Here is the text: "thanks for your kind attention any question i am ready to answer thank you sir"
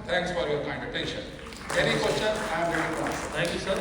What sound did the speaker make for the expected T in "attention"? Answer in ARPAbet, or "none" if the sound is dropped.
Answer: T